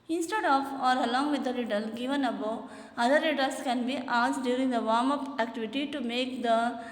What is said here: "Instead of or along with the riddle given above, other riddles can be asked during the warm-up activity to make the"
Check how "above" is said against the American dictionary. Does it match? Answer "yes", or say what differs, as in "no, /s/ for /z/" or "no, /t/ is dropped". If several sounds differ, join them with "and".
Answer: no, /v/ is dropped